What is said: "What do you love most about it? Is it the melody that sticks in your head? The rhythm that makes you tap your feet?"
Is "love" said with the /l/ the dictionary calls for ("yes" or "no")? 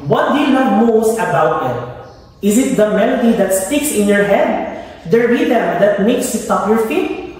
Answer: no